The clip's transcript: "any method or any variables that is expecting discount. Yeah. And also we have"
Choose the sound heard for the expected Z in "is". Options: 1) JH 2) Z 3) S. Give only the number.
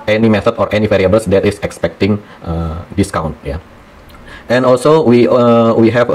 3